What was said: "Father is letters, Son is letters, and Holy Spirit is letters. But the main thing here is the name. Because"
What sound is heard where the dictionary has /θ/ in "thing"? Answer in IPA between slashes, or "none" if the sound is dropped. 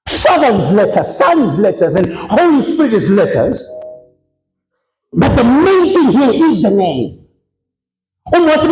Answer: /θ/